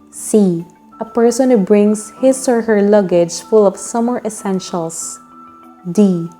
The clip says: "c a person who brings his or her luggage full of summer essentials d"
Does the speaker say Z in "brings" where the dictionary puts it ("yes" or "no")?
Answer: no